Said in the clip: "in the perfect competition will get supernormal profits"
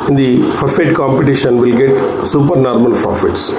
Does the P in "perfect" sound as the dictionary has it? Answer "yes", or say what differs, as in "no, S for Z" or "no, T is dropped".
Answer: no, F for P